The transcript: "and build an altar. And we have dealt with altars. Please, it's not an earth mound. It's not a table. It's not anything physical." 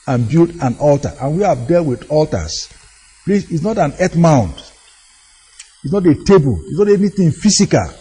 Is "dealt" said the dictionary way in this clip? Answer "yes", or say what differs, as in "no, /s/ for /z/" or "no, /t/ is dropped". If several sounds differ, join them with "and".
yes